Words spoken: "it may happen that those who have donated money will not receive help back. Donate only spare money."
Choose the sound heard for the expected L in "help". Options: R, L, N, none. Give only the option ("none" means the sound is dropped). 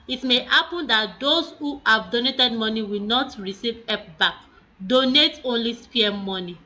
none